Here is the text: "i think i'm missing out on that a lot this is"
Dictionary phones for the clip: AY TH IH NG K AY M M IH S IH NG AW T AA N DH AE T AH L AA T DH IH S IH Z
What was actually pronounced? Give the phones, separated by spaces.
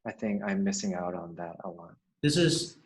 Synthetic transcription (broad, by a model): AY TH IH NG K AY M M IH S IH NG AW T N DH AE T AH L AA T DH IH S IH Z